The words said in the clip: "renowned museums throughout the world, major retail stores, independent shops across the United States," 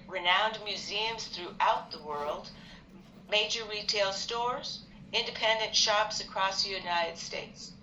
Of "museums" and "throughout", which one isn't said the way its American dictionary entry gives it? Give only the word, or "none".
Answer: none